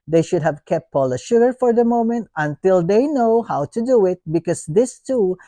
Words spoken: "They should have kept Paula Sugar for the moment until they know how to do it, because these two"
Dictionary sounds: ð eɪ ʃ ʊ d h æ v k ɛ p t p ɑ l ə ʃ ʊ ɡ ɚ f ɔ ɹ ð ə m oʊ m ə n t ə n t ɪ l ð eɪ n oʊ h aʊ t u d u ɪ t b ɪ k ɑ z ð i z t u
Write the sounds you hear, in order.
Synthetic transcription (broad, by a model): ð eɪ ʃ ʊ d h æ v k ɛ p t p ɑ l ə ʃ ʊ ɡ ɚ f ɔ ɹ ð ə m oʊ m ə n t ə n t ɪ l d eɪ n oʊ h aʊ t u d u ɪ t b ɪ k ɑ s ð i s t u